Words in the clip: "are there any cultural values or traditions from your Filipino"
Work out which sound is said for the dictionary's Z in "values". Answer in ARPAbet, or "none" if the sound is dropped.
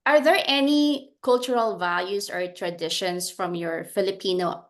S